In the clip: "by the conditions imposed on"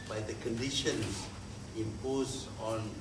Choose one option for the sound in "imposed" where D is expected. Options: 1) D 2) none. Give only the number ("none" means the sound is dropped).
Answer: 2